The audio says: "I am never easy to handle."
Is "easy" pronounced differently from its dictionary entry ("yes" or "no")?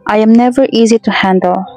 no